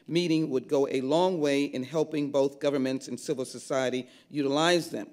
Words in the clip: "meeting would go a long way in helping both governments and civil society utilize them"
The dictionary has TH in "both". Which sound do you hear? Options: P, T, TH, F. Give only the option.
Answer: TH